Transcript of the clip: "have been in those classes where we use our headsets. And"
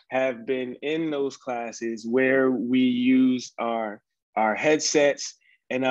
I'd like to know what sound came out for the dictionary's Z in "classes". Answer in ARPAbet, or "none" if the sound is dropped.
Z